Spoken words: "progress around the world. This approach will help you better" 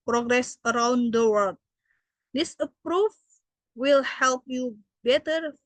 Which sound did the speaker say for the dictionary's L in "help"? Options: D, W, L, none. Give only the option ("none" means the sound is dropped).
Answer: L